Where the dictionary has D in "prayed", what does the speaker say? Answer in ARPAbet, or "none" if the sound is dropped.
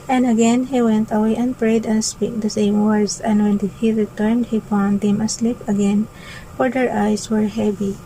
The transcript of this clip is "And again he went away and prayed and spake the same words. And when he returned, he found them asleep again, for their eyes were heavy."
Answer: D